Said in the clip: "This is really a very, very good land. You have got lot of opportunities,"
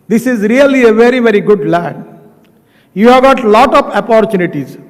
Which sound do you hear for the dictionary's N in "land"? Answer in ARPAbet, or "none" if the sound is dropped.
none